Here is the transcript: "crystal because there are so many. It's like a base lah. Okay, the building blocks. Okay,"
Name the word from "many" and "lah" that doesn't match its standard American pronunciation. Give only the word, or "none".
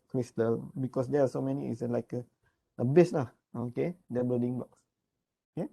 lah